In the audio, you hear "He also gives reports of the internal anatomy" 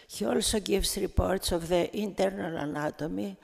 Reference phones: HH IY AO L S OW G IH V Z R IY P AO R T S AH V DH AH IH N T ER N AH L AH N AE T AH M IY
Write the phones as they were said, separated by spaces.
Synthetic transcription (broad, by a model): HH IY AO L S OW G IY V S R IY P AO R T S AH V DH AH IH N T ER N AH L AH N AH T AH M IY